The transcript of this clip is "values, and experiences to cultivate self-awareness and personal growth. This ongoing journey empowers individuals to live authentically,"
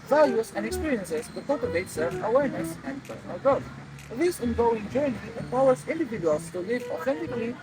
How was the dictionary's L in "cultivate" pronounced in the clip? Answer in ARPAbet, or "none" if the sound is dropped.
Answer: none